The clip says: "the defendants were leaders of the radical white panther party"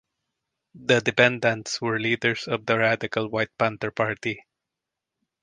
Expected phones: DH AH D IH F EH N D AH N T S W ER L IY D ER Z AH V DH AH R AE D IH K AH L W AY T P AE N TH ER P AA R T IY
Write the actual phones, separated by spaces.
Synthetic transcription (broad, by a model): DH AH D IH P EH N D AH N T S W ER L IY D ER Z AH V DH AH R AE D IH K AH L W AY T P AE N T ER P AA R T IY